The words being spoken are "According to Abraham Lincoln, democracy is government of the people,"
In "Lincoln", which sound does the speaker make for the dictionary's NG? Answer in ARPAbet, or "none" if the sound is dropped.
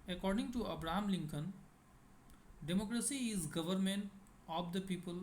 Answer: NG